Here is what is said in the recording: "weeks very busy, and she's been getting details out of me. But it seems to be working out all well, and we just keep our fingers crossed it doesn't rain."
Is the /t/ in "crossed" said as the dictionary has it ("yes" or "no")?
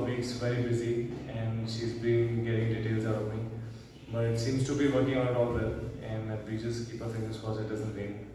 no